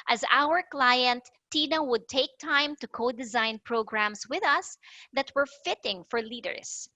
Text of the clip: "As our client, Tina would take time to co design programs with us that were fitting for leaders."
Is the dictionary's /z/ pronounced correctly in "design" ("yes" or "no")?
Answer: yes